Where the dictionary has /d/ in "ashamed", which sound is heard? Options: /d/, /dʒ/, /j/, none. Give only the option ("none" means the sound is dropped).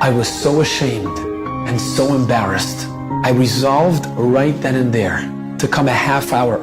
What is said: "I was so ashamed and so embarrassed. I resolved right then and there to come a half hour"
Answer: /d/